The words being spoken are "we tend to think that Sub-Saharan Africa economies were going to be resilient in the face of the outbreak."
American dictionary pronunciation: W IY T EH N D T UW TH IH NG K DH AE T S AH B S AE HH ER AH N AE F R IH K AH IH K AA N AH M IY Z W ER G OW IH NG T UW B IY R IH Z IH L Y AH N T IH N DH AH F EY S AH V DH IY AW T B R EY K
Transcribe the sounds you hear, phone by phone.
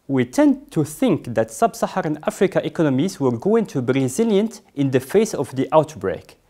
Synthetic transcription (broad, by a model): W IY T EH N D T UW TH IH NG K DH AE T S AH B S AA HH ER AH N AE F R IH K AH IH K AA N AH M IY Z W ER G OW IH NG T UW B IY R IH Z IH L Y AH N T IH N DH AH F EY S AH V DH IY AW T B R EY K